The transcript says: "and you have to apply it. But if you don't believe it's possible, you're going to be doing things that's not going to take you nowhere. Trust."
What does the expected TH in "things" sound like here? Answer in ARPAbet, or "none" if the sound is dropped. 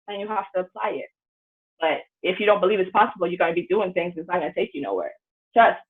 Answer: TH